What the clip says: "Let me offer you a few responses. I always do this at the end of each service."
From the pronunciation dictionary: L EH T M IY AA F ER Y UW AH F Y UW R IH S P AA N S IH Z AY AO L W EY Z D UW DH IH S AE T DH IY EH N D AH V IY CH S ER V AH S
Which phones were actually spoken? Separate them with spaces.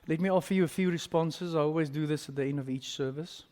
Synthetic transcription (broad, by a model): L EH T M IY AA F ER Y UW AH F Y UW R IH S P AA N S IH Z AY AO L W EY Z D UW DH IH S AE T DH IY EH N D AH V IY CH S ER V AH S